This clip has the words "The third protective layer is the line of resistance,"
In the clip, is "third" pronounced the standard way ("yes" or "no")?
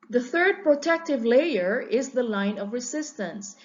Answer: yes